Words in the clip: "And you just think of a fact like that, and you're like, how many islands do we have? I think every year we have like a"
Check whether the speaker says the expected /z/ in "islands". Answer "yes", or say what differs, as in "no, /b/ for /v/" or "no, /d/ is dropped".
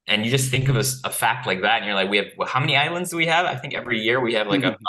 yes